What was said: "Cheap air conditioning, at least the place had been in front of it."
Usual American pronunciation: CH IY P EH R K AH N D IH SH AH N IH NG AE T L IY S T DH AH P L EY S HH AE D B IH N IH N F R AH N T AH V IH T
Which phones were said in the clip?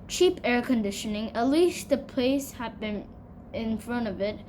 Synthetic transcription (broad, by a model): CH IY P EH R K AH N D IH SH AH N IH NG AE T L IY S T DH AH P L EY S HH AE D B IH N IH N F R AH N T AH V IH T